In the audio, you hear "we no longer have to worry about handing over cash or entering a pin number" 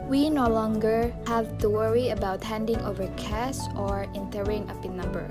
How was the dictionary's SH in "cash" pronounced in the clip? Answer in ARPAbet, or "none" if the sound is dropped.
S